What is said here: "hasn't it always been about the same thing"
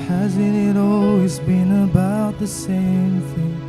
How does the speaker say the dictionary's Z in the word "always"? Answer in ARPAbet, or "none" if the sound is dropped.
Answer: Z